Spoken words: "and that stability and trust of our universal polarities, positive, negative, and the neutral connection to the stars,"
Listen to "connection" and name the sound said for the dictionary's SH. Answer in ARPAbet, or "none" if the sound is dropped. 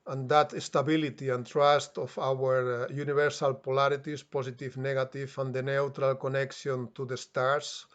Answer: S